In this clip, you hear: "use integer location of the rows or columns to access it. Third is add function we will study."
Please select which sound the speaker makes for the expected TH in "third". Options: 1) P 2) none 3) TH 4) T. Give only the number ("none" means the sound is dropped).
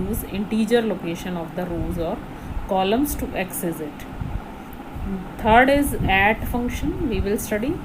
4